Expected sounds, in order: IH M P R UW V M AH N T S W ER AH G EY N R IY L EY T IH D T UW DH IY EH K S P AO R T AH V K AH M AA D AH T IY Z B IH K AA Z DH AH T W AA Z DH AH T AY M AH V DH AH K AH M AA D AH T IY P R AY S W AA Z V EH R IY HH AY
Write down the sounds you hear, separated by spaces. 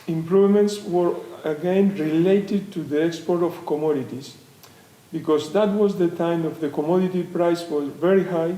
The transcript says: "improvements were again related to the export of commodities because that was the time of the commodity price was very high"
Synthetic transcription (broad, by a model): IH M P R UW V M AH N T S W ER AH G EY N R IY L EY T IH D T UW DH IY EH K S P AO R T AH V K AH M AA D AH T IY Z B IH K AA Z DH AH T W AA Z DH AH T AY M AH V DH AH K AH M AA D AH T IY P R AY S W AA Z V EH R IY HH AY